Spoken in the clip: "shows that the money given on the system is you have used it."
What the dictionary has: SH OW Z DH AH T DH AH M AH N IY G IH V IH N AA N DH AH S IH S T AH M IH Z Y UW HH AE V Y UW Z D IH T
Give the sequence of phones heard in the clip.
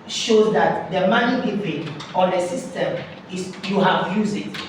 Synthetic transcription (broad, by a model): SH OW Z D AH T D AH M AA N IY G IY P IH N AA N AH S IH S T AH M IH S Y UW HH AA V Y UW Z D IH T